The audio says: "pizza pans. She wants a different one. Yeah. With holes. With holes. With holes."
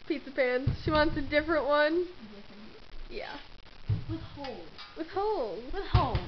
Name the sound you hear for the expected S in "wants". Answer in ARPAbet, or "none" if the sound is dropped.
S